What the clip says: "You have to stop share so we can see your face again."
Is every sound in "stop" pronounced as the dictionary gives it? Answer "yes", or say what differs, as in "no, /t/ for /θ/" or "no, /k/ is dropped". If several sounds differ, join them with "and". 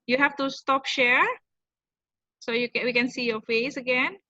yes